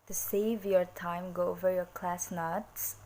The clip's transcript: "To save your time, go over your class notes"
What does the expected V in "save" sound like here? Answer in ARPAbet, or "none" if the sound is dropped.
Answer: V